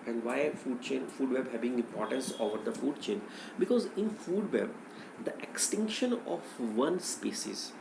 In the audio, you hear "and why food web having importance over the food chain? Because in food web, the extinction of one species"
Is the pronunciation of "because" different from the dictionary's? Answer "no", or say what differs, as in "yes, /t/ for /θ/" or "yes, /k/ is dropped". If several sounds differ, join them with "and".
no